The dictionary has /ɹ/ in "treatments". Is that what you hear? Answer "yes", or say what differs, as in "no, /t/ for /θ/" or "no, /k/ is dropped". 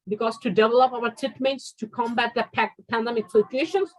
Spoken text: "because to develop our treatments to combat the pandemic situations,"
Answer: no, /ɹ/ is dropped